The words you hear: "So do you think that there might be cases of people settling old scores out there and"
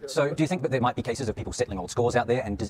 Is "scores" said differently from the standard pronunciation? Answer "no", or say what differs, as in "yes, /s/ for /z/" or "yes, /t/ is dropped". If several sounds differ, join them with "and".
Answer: no